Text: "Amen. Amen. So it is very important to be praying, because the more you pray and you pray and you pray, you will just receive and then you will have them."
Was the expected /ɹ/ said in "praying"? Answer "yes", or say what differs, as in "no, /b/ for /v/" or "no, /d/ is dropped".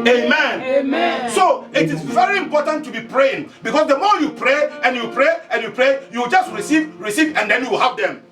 yes